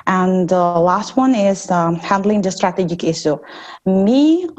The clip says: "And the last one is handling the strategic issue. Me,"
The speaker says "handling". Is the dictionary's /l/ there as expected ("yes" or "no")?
yes